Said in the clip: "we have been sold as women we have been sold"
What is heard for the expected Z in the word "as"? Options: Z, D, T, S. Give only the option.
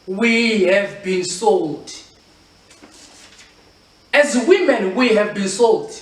Z